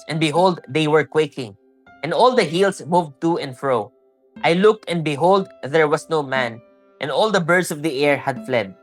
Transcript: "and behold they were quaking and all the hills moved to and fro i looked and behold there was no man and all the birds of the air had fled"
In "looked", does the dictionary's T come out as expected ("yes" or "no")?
yes